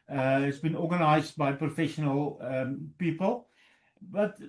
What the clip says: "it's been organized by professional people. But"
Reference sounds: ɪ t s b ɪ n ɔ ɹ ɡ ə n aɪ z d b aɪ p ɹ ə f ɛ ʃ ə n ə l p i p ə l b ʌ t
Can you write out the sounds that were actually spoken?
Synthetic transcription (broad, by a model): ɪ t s b ɪ n ɔ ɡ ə n aɪ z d b aɪ p ɹ ə f ɛ ʃ ə n ə l p i p ə l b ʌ t